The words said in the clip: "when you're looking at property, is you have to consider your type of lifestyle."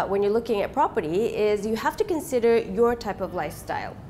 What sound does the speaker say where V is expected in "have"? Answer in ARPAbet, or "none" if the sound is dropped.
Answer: F